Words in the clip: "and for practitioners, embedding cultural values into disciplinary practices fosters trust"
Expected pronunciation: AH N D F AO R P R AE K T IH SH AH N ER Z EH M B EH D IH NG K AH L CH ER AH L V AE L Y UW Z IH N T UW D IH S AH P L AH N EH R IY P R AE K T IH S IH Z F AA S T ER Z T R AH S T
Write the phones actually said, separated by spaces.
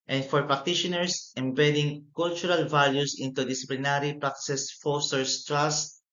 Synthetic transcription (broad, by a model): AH N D F AO R P R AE K T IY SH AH N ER S EH M B EH D IH NG K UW L CH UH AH L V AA L Y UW S IH N T UW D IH S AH P L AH N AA R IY P R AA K S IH S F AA S T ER S T R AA S T